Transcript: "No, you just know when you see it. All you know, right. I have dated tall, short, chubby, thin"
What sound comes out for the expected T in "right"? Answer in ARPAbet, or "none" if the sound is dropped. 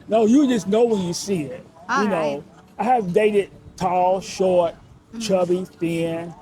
none